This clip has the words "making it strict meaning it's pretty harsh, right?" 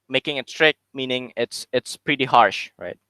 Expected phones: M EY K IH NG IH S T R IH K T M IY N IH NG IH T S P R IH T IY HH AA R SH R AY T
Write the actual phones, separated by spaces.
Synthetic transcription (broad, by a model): M EY K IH NG IH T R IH K M IY N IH NG IH T S P R IH T IY HH AA R SH R AY T